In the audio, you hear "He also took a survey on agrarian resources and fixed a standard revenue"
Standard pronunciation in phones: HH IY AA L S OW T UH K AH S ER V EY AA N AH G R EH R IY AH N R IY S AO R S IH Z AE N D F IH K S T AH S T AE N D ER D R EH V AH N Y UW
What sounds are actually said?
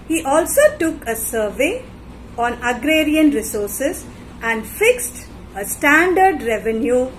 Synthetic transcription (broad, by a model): HH IY AA L S OW T UH K AH S ER V EY AA N AH G R EH R IY AH N R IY S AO R S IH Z AE N D F IH K S T AH S T AE N D ER D R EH V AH N Y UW